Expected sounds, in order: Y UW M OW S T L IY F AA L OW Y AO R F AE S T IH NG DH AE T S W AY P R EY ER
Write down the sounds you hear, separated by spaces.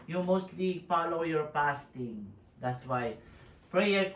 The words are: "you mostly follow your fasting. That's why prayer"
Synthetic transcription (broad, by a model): Y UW M OW S T L IY F AA L OW Y AO R P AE S T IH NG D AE T S W AY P R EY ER